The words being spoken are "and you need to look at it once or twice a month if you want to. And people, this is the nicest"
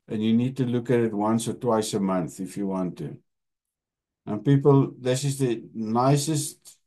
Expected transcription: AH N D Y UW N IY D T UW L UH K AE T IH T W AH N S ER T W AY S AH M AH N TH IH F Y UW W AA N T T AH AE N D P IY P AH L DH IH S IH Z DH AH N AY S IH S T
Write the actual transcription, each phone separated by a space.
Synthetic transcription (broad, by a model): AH N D Y UW N IY D T UW L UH K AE T IH T W AH N S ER T W AY S AH M AH N TH IH F Y UW W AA N T T AH N P IY P AH L DH IH S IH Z DH AH N AY S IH S T